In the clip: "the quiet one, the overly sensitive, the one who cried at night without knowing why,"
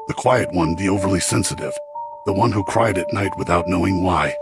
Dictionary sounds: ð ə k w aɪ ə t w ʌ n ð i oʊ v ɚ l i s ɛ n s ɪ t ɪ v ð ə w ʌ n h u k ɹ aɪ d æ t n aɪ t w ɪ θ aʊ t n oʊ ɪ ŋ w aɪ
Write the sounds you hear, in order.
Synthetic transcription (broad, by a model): ð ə k w aɪ ə t w ʌ n ð i oʊ v ɚ l i s ɛ n s ɪ t ɪ v ð ə w ʌ n h u k ɹ aɪ d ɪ t n aɪ t w ɪ θ aʊ t n oʊ ɪ ŋ w aɪ